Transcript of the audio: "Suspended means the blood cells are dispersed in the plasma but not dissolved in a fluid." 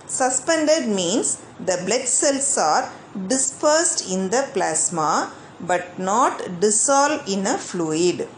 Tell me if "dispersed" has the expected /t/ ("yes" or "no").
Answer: yes